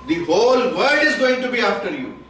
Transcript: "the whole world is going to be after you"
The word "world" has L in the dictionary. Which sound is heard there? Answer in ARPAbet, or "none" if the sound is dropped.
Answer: none